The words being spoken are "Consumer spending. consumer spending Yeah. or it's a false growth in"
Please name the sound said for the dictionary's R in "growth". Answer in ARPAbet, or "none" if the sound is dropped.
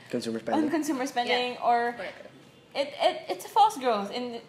R